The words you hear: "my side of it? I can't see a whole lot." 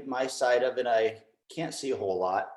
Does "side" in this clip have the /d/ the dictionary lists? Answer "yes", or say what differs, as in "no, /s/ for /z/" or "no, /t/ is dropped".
yes